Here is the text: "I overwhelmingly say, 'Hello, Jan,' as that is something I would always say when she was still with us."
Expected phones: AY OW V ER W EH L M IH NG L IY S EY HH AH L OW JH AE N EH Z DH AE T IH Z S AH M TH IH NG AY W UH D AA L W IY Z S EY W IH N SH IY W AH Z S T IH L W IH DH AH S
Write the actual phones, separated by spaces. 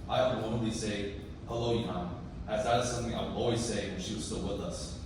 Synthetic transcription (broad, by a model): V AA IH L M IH L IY S EY HH AH L OW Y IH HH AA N DH AE T IH Z S AH M TH IH NG AY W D AA L W IY Z S EY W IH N SH IY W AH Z S T IH L W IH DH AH S